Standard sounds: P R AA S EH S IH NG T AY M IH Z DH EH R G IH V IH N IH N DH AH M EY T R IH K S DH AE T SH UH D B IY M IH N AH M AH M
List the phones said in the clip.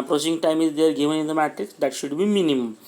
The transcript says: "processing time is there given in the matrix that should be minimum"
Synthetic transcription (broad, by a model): P R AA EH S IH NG T AY M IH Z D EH R G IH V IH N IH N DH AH M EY T IH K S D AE T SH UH D B IY M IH N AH M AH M